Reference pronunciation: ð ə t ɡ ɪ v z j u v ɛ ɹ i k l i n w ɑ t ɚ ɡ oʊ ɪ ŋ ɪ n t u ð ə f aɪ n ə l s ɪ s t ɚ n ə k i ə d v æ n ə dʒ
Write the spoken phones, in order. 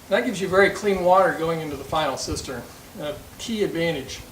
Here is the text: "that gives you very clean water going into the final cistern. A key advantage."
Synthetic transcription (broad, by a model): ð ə t ɡ ɪ v z j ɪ v ɛ ɹ i k l i n w ɑ t ɚ ɡ oʊ ɪ ŋ ɪ n t u ð ə f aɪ ə l s ɪ s t ɚ ə k i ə d v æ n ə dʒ